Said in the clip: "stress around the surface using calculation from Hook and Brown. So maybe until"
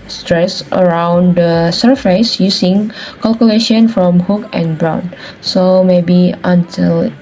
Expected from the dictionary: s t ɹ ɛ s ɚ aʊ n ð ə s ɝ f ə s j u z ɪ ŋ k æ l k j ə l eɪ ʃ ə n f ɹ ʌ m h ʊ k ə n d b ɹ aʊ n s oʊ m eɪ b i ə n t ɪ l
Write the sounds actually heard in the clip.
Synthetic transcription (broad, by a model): s t ɹ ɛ s ɚ aʊ n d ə s ɝ f ə s j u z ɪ ŋ k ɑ l k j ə l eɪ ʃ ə n f ɹ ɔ m h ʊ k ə n b ɹ aʊ n s oʊ m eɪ b i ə n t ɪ l